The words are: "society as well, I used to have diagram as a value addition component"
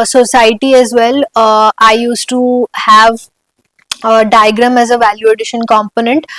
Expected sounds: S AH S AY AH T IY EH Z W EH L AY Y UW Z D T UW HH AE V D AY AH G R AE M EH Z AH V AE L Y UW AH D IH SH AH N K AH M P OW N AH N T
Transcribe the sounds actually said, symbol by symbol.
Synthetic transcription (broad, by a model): S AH S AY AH T IY EH Z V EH L AY Y UW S T UW HH AE V D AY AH G R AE M EH Z AH V AE L Y UW AH D IH SH AH N K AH M P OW N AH N T